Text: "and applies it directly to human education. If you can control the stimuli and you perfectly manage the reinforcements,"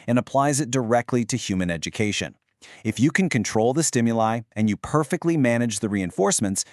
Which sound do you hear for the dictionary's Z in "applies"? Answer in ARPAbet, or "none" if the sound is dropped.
Z